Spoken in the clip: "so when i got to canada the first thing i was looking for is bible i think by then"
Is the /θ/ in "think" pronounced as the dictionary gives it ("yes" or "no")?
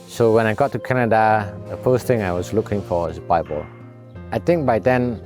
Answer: no